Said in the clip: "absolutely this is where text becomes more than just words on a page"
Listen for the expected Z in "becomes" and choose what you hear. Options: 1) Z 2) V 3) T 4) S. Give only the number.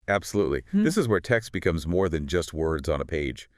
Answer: 1